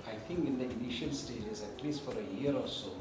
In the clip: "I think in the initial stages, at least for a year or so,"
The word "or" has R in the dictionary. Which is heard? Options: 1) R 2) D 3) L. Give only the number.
3